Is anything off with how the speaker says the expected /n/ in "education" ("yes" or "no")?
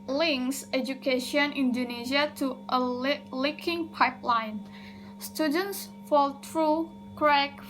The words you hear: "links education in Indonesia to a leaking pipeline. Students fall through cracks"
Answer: yes